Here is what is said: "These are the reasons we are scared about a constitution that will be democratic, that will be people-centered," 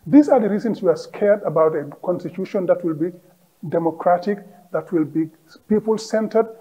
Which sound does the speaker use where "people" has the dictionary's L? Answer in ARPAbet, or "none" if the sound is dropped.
L